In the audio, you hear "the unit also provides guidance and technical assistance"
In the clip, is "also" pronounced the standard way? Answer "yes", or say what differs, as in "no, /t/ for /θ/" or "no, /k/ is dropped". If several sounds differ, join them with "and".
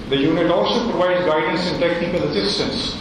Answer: yes